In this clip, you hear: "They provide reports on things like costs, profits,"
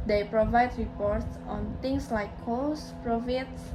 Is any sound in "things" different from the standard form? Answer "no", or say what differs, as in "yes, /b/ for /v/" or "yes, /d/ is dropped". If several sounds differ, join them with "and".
yes, /t/ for /θ/ and /s/ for /z/